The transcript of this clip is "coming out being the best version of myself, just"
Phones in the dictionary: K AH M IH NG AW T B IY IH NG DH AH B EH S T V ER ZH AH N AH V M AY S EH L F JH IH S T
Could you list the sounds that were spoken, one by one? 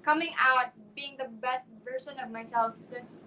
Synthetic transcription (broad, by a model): K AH M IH NG AW T B IY IH NG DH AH B EH S T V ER S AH N AH V M AY S EH L F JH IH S